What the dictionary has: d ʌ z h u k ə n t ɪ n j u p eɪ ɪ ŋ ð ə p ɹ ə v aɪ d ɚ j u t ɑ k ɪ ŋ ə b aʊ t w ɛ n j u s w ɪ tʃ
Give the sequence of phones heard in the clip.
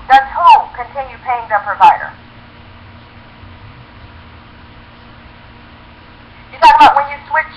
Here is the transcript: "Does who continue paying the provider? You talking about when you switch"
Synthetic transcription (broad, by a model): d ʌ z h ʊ k ə n t ɪ n j u p eɪ ɪ ŋ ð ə p ɹ ə v aɪ d ɚ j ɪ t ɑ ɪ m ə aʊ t w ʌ n j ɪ s w ɪ tʃ